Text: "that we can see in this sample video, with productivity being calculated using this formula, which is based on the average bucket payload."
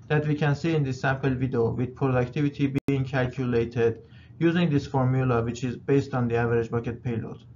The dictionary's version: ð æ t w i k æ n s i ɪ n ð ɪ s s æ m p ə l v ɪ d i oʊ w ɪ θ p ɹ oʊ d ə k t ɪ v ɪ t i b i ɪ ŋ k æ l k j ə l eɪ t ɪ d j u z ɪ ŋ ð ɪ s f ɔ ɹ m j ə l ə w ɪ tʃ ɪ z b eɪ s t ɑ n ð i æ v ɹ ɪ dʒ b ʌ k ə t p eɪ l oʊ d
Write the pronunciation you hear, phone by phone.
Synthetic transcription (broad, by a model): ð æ t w i k æ n s i ɪ n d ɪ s s æ m p ə l v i d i oʊ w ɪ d p ɹ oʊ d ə k t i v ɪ t i b i ɪ ŋ k æ l k j ə l eɪ t ɪ d j u z ɪ ŋ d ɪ s f ɔ ɹ m j ə l ə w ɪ tʃ ɪ z b eɪ s t ɑ n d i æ v ɹ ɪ dʒ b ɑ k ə t p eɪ l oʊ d